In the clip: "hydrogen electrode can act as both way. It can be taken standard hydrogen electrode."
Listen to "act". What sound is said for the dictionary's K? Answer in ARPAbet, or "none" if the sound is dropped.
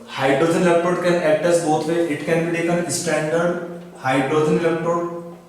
none